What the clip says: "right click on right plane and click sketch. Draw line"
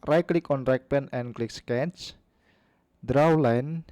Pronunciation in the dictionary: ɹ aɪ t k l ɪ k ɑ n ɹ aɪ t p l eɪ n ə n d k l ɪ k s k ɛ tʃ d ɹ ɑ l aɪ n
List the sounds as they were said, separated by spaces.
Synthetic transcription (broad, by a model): ɹ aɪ k l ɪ k ɑ n ɹ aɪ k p eɪ n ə n k l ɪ k s k ɛ tʃ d ɹ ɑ l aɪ n